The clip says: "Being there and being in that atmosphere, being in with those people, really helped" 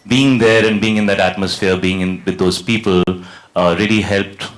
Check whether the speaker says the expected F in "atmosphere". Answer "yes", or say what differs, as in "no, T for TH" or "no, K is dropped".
yes